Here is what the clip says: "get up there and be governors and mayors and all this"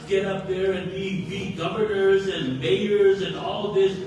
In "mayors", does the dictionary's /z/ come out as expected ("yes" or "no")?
yes